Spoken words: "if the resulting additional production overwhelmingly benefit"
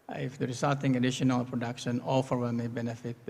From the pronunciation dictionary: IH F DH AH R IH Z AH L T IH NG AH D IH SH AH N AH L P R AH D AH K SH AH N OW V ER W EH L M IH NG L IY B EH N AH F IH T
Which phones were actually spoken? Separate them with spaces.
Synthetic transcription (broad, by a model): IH F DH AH R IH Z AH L T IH NG AH D IH SH AH N AH L P R AH D AH K SH AH N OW F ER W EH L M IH B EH N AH F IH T